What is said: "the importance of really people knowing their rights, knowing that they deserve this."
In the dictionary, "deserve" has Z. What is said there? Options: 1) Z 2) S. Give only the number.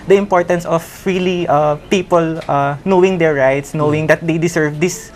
2